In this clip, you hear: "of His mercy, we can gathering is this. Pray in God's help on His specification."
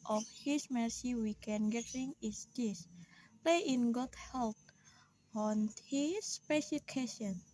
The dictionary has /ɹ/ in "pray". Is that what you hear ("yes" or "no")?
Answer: no